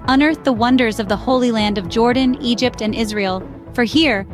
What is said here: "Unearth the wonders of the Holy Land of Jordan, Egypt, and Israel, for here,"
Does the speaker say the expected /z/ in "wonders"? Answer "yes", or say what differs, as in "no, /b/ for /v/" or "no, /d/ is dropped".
yes